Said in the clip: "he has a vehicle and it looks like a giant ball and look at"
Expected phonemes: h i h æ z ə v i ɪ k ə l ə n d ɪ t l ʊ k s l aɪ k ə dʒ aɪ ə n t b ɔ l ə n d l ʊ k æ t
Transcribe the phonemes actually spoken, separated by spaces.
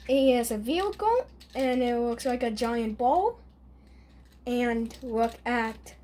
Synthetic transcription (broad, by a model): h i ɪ z ə v i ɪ k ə l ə n ɪ t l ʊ k s l aɪ k ə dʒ aɪ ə n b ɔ l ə n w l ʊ k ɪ t